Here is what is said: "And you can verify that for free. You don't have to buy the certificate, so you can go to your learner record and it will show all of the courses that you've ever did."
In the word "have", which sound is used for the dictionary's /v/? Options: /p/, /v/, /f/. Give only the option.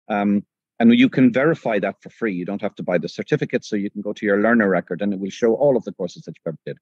/f/